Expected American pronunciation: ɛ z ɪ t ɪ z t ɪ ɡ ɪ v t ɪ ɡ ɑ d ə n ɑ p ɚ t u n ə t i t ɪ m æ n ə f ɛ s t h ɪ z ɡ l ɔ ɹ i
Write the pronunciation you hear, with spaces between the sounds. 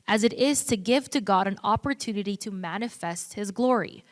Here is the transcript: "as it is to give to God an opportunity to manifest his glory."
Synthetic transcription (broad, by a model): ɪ z ɪ t ɪ z t ɪ ɡ ɪ v t ɪ ɡ ɑ d ə n ɑ p ɚ t u n ə t i t ɪ m æ n ə f ɛ s t h ɪ z ɡ l ɔ ɹ i